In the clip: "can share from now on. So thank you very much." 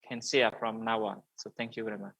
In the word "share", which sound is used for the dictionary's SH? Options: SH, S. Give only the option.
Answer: S